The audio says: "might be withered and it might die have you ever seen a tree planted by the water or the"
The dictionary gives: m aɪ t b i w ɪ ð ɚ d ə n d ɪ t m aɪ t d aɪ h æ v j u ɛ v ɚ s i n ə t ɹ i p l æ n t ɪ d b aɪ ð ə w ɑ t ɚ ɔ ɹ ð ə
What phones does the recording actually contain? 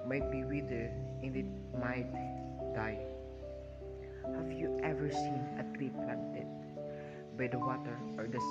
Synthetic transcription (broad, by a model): m aɪ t b i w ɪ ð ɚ ə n ɪ t m aɪ t d aɪ h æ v j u ɛ v ɚ s i n ə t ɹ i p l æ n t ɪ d b aɪ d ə w ɑ t ɚ ɔ ɹ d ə